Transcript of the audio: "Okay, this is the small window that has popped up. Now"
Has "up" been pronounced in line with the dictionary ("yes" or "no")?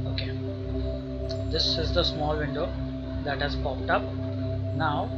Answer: yes